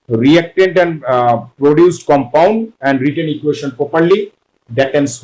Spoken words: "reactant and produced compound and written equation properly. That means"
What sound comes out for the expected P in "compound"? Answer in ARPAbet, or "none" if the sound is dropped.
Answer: P